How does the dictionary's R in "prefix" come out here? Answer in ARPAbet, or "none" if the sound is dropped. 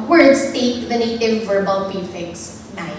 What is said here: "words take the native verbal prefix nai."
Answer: none